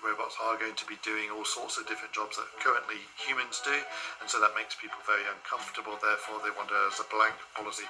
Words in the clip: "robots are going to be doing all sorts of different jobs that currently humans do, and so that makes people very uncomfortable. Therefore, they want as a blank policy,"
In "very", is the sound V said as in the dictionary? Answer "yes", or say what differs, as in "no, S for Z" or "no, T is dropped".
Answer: yes